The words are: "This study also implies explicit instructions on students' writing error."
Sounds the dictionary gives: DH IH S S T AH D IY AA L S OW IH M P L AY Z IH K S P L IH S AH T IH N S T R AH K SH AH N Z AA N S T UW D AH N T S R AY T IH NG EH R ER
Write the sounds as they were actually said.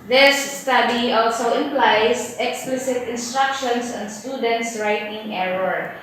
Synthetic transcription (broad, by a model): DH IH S S T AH D IY AA L S OW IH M P L AY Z IH K S P L IH S AH T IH N S T R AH K SH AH N S AA N S T UW D AH N T S R AY T IH NG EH R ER